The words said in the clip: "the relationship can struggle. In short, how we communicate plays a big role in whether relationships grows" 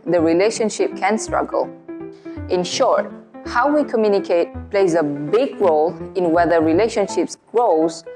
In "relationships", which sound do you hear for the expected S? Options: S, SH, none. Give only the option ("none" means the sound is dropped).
S